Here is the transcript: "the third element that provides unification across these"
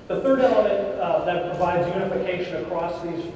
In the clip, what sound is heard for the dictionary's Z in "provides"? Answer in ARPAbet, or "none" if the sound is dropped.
Z